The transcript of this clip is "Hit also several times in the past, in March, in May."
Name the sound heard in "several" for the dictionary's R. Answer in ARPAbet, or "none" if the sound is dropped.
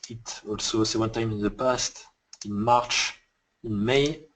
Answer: none